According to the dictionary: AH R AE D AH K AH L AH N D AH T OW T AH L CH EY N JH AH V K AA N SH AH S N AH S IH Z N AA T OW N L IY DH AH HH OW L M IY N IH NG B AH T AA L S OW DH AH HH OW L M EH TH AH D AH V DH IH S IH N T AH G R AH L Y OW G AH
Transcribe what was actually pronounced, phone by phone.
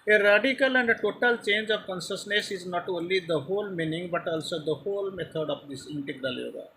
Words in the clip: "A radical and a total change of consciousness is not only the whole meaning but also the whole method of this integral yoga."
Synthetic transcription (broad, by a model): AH R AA D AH K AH L AH N D AH T OW T AH L CH EY N JH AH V K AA N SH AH S N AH S IH Z N AA T OW N L IY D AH HH OW L M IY N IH NG B AH T AA L S OW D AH HH OW L M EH T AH D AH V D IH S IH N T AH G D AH L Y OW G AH